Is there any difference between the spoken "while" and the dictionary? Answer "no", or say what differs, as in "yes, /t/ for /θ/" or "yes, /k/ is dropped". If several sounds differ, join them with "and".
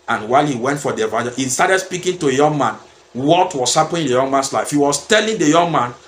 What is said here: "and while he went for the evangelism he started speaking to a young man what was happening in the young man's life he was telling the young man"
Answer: no